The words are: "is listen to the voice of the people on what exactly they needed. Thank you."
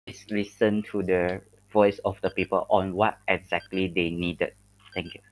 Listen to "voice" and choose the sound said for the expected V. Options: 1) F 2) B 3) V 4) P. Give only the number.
3